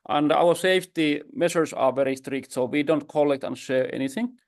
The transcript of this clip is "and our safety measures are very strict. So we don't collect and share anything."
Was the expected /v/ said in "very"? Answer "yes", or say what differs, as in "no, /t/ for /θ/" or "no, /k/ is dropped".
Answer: yes